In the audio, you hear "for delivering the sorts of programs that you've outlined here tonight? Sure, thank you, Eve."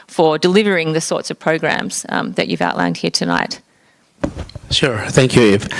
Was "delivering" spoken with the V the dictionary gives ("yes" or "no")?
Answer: yes